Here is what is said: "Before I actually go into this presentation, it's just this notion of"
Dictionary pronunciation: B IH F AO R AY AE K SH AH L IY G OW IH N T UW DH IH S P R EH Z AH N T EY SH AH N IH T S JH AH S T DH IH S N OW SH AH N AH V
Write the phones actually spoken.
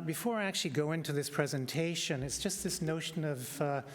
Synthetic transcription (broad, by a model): B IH F AO R AY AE K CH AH L IY G OW IH N T UW DH IH S P R EH Z AH N T EY SH AH N IH T S JH AH S T DH IH S N OW SH AH N AH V